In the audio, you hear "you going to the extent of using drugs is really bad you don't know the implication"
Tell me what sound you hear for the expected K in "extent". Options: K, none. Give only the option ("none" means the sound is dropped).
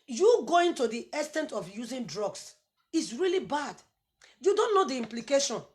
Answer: none